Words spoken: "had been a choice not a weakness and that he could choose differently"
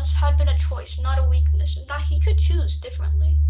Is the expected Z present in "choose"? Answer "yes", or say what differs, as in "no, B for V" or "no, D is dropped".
yes